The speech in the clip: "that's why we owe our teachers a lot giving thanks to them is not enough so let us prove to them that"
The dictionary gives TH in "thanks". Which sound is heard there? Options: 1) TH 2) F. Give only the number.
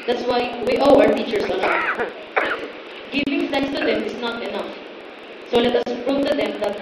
2